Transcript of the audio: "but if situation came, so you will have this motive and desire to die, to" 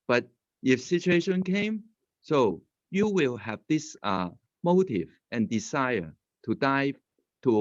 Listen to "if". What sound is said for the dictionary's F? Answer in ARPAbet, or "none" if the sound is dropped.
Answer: F